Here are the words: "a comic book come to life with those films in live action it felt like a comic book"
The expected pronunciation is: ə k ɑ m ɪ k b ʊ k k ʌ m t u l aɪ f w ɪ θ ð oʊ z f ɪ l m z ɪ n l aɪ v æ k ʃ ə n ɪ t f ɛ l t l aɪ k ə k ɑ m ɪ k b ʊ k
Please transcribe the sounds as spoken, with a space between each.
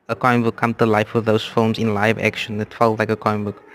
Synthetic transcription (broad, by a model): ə k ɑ ɪ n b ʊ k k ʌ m t u l aɪ f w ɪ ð oʊ s f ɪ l m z ɪ n l aɪ v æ k ʃ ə n ɪ t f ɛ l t l aɪ k ə k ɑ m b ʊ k